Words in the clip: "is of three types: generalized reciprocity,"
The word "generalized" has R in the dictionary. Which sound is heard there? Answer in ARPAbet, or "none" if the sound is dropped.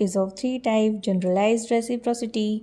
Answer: R